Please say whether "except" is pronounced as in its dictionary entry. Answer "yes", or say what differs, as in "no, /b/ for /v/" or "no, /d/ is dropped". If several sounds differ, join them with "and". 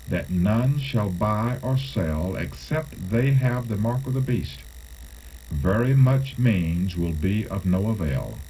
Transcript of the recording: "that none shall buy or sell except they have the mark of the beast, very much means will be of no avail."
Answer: yes